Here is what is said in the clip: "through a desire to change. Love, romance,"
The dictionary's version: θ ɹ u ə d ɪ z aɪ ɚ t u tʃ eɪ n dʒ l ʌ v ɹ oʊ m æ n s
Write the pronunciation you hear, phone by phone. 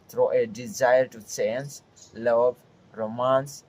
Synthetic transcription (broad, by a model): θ ɹ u ə d ɪ z aɪ ɚ t u s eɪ n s l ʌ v ɹ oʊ m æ n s